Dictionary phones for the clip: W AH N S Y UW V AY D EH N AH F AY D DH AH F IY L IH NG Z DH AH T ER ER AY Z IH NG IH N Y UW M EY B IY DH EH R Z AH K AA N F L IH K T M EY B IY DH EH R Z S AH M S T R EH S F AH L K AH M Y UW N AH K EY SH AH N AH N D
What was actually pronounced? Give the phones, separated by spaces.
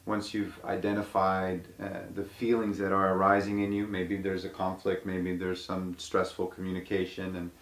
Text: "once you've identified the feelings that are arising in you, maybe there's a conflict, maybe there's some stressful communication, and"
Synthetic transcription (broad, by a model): W AH N S Y UW V AY D EH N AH F AY D DH AH F IY L IH NG Z DH AH T ER ER AY Z IH NG IH N Y UW M EY B IY DH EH R Z AH K AA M F L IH K T M EY B IY DH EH R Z S AH M S T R EH S F L K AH M Y UW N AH K EY SH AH N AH N